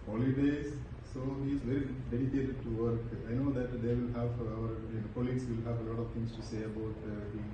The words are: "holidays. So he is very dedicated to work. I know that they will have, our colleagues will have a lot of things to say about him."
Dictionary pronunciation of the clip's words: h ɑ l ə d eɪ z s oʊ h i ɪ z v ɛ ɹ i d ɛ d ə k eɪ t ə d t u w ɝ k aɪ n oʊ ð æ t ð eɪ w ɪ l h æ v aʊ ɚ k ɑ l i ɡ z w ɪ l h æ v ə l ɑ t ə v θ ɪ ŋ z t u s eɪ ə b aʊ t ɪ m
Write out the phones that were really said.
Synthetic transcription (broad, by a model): h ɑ l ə d eɪ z s oʊ h i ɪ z v ɛ ɹ i d ɛ d ə k eɪ t ə d t u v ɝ k aɪ n oʊ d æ t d eɪ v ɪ l h æ v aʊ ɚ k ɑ l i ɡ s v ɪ l h æ v ə l ɑ t ə v t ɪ ŋ s t u s eɪ ə b aʊ t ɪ